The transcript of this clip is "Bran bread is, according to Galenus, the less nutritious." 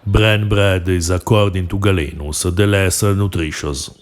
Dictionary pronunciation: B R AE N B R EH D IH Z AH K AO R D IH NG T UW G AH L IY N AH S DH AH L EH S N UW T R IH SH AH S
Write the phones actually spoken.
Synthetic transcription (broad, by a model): B R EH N B R EH D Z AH K AO R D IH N T UW G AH L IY N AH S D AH L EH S N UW T R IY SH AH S